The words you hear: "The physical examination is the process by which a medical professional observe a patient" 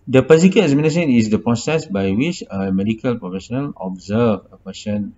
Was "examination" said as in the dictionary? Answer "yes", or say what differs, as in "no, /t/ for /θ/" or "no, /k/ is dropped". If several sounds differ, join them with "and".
no, /s/ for /ʃ/